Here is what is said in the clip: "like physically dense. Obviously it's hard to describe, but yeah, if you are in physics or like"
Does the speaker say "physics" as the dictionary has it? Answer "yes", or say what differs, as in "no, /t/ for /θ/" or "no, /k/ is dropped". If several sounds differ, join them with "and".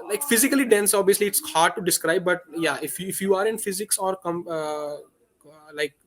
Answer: yes